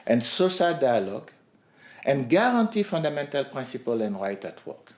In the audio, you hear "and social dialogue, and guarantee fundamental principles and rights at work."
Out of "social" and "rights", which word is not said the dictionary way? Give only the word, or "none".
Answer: rights